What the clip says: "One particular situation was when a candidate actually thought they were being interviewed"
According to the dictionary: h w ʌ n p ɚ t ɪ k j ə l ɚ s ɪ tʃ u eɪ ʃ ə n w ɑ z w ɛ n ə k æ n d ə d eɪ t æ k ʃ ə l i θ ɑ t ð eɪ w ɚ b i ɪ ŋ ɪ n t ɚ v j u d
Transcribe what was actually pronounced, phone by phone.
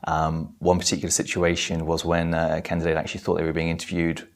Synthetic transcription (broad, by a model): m w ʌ n p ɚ t ɪ k j l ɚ s ɪ tʃ u eɪ ʃ ə n w ɑ z w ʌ n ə k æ n d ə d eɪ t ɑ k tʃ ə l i θ ɑ t ð eɪ w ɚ b i ɪ ŋ ɪ n t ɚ v j u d